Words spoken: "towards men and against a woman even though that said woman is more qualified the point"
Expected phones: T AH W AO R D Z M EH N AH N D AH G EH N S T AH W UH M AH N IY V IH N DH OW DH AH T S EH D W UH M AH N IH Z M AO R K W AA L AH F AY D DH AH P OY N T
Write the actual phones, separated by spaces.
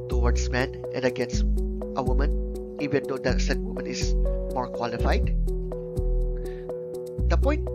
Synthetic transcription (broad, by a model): T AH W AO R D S M EH N AH N D AH G EH N S T AH W UH M AH N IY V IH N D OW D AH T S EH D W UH M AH N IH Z M AO R K W AA L AH F AY D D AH P OY N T